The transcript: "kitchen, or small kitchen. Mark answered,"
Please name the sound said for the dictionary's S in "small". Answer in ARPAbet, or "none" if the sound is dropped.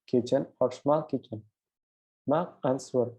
SH